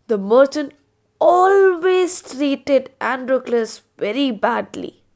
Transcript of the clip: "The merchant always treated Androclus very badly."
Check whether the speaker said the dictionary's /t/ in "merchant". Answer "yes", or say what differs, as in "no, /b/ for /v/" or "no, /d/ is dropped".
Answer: no, /t/ is dropped